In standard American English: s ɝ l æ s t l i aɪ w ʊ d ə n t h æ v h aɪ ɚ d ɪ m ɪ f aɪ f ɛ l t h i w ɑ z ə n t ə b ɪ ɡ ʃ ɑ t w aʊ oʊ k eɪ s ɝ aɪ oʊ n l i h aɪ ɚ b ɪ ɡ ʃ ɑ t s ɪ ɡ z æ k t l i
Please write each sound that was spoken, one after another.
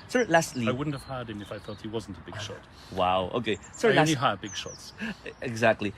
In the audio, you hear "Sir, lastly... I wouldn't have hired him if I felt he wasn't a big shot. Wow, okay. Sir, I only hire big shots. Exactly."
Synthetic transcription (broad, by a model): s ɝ l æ s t l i aɪ w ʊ d n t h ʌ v h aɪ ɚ d ɪ m ɪ f aɪ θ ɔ t h i w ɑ z n t ə b ɪ ɡ ʃ ɑ t w aʊ oʊ k eɪ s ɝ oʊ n i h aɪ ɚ b ɪ ɡ ʃ ɑ t s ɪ ɡ z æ k t l i